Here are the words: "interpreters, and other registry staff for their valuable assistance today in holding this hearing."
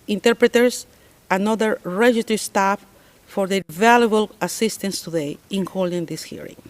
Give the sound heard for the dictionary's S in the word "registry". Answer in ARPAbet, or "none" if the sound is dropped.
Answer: none